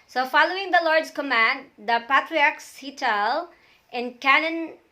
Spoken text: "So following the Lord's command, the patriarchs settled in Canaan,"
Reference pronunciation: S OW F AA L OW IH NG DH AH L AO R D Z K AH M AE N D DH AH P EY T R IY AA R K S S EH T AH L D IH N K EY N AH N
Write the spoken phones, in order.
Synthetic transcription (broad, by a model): S OW F AA L OW IH NG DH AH L AO R D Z K AH M AE N D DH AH P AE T R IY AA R K S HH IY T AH L IH N K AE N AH N